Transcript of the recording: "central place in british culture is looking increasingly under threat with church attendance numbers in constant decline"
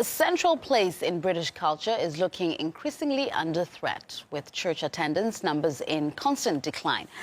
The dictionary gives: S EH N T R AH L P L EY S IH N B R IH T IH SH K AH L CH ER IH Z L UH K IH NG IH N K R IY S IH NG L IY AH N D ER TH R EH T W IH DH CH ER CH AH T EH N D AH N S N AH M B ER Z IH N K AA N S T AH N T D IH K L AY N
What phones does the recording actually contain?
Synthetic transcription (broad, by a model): S EH N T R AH L P L EY S IH N B R IH T IH SH K AH L CH ER IH Z L UH K IH NG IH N K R IY S IH NG L IY AH N D ER TH R EH T W IH DH CH ER CH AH T EH N D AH N S N AH M B ER Z IH N K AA N S T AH N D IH K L AY N